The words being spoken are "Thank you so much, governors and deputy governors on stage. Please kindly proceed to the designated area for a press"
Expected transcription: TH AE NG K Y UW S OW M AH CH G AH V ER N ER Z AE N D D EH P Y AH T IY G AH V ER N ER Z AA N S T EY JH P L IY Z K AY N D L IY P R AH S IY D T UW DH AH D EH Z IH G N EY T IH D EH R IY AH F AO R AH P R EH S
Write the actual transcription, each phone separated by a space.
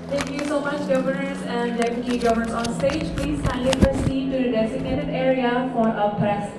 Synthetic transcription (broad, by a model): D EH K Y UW S OW M AH CH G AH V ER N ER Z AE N D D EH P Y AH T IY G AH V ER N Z AA N S T EY JH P L IY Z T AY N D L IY P R AH S IY D T UW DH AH D EH Z IH G N EY T IH D EH R IY AH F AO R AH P R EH S